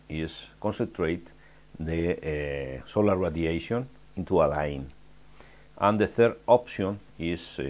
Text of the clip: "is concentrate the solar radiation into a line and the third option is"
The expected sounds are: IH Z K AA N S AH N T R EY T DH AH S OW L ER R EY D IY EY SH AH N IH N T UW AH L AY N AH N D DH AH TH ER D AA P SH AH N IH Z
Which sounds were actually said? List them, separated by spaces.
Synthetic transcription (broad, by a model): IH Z K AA N S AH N T R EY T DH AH S OW L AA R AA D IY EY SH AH N IH N T UW AH L AY N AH N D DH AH TH ER D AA P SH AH N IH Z